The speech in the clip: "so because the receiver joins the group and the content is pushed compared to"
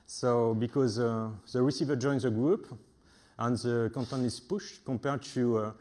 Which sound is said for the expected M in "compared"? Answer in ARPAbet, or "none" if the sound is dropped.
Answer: none